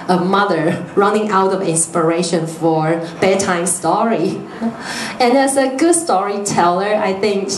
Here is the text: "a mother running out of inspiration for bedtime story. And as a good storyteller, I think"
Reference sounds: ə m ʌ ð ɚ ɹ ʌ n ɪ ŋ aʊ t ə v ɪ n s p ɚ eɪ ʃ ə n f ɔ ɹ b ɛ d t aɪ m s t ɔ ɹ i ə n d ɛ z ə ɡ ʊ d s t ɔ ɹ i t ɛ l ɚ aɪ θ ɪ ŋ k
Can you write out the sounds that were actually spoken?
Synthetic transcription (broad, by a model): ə m ʌ ð ɚ ɹ ʌ n ɪ ŋ aʊ t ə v ɪ n s p ɚ eɪ ʃ ə n f ɔ ɹ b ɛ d t aɪ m s t ɔ ɹ i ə n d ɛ s ə ɡ ʊ d s t ɔ ɹ i t ɛ l ɚ aɪ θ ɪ ŋ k